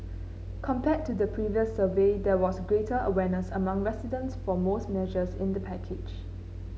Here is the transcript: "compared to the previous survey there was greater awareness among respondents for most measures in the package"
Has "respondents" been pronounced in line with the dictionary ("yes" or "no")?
no